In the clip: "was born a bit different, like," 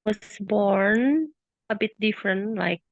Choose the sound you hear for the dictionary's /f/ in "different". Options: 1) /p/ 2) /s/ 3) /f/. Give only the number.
3